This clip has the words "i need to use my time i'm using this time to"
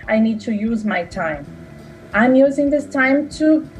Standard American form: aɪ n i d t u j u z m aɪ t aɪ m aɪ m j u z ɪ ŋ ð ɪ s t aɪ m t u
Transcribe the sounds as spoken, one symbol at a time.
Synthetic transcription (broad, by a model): aɪ n i d t u j u z m aɪ t aɪ m aɪ m j u z ɪ ŋ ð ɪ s t aɪ m t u